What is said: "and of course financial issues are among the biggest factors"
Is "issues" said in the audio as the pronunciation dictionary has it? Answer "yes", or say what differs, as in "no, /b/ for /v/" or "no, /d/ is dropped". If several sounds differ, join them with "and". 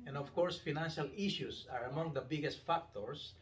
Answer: no, /s/ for /z/